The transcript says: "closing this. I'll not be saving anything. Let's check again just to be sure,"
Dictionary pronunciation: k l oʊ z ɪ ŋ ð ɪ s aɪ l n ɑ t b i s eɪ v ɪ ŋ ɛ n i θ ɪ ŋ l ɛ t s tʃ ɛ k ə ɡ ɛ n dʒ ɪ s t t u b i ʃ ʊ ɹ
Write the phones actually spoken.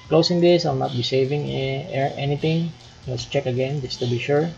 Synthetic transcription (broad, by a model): k l oʊ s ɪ ŋ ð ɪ s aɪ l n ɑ t b i s eɪ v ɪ ŋ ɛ n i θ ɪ ŋ n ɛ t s tʃ ɛ k ə ɡ ɛ n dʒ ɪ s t t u b i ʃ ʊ ɹ